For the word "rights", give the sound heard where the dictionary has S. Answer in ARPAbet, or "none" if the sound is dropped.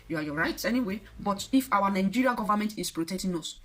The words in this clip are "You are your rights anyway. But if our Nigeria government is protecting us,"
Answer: none